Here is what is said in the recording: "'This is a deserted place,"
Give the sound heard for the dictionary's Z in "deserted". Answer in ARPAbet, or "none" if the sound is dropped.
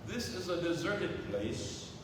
Z